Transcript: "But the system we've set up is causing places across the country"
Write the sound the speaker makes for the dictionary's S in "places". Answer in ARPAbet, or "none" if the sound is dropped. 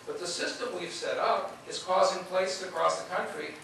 none